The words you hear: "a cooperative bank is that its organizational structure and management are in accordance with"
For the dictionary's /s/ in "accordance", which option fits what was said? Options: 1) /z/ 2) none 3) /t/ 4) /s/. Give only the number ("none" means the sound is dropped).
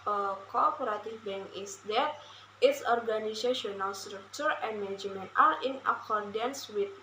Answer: 4